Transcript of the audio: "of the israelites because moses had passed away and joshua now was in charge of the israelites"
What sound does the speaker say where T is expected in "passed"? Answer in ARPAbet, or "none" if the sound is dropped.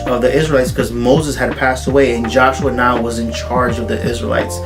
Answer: T